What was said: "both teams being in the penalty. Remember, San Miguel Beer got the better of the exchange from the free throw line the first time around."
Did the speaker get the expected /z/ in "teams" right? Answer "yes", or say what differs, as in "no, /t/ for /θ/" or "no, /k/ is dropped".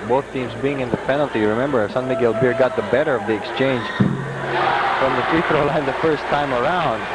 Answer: yes